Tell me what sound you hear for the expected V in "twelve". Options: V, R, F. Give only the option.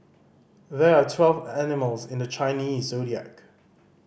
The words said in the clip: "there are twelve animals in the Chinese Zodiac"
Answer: V